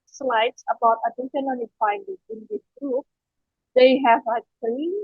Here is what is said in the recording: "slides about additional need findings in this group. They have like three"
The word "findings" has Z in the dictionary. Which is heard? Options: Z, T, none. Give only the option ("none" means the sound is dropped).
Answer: none